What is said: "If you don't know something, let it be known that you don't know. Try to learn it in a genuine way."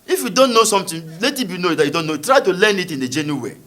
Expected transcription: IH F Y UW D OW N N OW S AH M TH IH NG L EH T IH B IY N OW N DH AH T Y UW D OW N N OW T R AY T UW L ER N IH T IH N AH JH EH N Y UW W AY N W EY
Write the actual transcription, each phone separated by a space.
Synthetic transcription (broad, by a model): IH F Y UW D OW N N OW S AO M T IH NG L EH T IH B IY N OW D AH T Y UW D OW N N OW T R AY T UW L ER N IH T IH N AH JH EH N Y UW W W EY